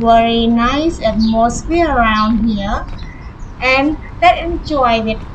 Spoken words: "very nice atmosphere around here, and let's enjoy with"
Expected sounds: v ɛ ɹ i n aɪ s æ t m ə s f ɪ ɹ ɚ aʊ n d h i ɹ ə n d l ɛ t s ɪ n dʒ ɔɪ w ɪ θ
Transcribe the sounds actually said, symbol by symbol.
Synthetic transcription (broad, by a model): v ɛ ɹ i n aɪ s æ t m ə s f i ɚ aʊ n d h i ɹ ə n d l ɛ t ɪ n dʒ ɔɪ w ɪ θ